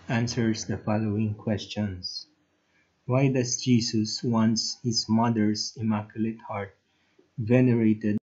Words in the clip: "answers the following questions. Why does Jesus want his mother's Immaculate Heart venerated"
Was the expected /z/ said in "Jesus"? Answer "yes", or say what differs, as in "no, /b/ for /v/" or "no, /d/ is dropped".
no, /s/ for /z/